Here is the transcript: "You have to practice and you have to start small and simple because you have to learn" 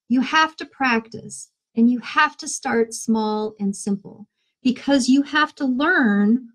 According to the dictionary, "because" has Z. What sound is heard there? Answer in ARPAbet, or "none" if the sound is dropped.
Z